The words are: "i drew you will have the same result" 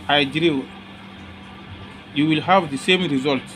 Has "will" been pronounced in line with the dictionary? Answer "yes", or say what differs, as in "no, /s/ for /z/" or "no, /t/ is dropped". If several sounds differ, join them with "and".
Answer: yes